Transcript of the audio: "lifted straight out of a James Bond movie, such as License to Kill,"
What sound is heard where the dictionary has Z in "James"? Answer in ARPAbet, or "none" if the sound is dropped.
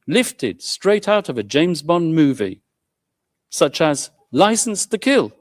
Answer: Z